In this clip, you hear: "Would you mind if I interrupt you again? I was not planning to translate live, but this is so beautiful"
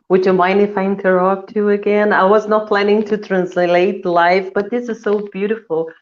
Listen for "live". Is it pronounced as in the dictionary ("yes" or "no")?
no